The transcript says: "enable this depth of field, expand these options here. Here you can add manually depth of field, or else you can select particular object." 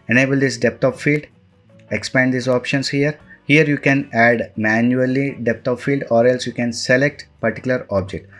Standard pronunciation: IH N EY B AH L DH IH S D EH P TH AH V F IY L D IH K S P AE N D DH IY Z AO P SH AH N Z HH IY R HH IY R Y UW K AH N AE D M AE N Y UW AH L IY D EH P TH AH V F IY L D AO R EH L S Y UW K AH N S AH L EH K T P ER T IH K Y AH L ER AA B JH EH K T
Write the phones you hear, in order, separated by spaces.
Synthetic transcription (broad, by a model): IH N EY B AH L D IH S D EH P T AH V F IY L D IH K S P AE N D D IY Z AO P SH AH N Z HH IY R HH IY R Y UW K AH N AE D M AE N Y UW AH L IY D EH P T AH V F IY L D AO R EH L S Y UW K AH N S AH L EH K T P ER T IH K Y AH L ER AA B JH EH K T